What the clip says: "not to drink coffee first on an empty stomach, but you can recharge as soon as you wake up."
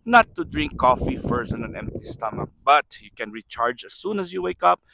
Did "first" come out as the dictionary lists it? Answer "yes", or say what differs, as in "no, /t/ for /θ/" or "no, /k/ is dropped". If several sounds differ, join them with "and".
no, /t/ is dropped